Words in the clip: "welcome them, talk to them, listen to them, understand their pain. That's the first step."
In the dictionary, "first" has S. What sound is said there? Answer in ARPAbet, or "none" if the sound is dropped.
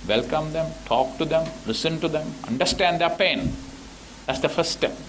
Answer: none